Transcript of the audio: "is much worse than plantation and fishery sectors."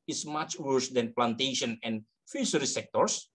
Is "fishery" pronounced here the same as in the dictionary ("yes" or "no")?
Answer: no